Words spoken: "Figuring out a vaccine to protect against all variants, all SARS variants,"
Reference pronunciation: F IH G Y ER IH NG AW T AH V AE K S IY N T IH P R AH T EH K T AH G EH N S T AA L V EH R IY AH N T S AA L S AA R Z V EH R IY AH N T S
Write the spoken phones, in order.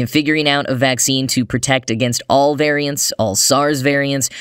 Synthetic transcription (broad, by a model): F IH G Y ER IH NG AW T AH V AE K S IY N T IH P R AH T EH K T AH G EH N S T AA L V EH R IY AH N T S AA L S AA R Z V EH R IY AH N T S